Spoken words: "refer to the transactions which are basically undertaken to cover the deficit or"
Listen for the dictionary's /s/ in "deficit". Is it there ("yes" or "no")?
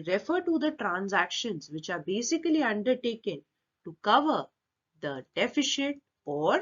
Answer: no